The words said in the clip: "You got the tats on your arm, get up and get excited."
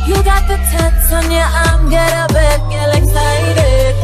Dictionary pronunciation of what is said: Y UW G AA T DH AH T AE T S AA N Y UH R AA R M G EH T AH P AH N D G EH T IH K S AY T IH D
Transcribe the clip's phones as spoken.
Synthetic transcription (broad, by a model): Y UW G AA T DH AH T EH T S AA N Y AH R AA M G EH T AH B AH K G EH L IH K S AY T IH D